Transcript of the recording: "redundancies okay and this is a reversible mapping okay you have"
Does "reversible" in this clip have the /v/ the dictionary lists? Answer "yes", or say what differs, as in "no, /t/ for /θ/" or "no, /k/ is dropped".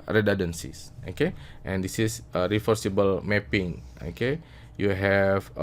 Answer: no, /f/ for /v/